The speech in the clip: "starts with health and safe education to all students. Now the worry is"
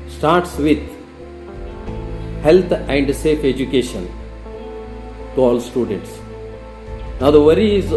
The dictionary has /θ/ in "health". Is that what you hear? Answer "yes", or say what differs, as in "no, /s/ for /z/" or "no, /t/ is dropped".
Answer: no, /t/ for /θ/